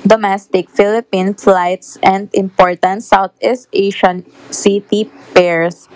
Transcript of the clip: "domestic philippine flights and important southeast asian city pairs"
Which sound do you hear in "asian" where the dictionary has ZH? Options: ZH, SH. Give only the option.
SH